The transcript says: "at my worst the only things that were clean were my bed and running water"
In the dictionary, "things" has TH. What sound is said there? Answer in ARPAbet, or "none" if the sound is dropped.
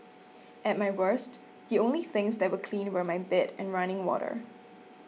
TH